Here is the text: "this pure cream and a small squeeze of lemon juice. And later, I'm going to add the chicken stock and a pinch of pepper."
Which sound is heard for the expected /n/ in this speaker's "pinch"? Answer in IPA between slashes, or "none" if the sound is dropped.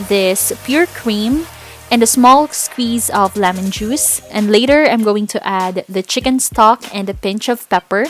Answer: /n/